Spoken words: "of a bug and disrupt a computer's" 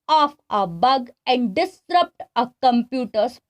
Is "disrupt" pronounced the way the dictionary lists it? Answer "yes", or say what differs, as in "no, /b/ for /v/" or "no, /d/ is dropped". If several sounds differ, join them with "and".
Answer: yes